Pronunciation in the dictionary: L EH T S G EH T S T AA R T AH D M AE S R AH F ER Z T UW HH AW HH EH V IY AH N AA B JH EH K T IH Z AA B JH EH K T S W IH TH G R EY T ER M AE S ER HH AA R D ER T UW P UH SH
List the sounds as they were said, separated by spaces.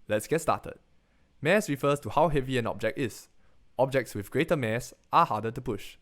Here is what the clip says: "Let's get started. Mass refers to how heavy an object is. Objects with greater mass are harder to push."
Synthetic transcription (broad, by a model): L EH T S G EH T S T AA T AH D M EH S R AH F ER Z T UW HH AW HH EH V IY AH N AA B JH EH K T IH S AA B JH EH K T S W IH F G R EY T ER M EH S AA HH AA D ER T UW P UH SH